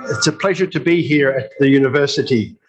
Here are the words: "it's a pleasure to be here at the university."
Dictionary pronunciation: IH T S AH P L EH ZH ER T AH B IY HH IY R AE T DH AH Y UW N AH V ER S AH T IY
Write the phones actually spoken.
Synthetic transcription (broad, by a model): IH T S AH P L EH ZH ER T AH B IY HH IY R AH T DH AH Y UW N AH V ER S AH T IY